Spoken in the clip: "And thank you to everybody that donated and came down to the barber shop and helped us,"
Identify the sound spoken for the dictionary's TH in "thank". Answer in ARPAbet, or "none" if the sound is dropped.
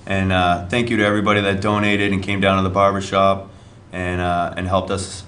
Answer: TH